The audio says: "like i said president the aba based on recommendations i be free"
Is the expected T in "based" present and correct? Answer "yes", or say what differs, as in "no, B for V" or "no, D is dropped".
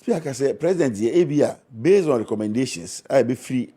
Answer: no, T is dropped